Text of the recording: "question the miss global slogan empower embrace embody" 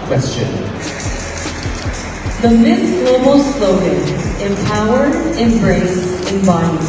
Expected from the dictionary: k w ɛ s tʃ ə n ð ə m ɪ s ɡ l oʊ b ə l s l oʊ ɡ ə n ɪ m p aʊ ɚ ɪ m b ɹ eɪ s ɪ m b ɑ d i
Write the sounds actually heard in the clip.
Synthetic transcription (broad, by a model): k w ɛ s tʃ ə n ð ə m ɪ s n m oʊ ə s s l oʊ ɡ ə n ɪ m p aʊ ɚ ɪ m b ɹ eɪ s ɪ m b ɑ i